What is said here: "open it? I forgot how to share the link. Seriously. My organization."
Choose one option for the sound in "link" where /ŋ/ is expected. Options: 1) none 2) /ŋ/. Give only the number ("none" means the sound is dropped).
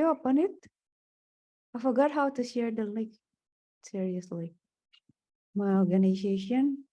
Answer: 1